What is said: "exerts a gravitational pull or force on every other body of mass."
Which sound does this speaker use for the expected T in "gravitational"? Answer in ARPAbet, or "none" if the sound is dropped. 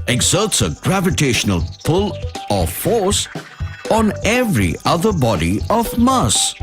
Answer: T